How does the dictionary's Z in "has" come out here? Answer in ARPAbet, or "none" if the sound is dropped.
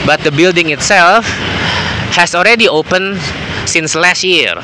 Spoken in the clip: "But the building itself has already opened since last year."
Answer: S